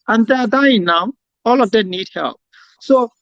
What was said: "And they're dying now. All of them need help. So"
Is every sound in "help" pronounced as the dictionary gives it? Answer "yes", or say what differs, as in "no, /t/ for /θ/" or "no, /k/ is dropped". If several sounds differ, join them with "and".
yes